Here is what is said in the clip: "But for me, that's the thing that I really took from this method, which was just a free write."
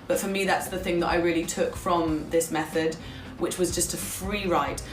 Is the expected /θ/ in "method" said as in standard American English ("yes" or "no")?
yes